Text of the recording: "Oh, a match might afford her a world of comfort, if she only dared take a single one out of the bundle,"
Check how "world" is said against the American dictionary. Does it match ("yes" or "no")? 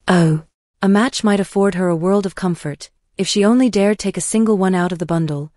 yes